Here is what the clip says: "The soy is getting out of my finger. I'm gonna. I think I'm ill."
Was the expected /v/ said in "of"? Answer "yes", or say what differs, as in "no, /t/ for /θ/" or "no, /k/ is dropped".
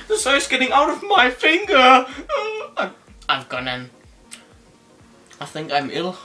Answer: yes